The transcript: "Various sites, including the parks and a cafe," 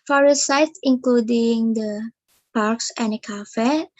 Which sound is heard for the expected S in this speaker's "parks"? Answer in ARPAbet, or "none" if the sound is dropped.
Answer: S